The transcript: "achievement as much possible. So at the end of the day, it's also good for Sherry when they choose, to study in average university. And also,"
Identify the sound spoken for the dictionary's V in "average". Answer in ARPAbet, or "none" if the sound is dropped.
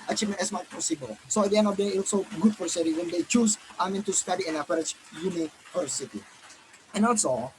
P